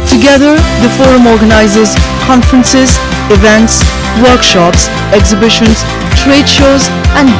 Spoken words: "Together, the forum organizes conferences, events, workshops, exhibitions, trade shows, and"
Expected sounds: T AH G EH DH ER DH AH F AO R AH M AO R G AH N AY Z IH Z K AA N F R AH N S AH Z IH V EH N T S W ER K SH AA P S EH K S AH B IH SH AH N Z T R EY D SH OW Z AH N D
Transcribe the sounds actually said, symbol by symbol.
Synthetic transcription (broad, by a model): T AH G EH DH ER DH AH F AO R AH M AO R G AH N AY Z IH Z K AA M F R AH N S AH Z IH V EH N T S W ER K SH AA P S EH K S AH B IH SH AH N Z T R EY D SH OW Z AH N